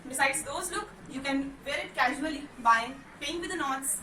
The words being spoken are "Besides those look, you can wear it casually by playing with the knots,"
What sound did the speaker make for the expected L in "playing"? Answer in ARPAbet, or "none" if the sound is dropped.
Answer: none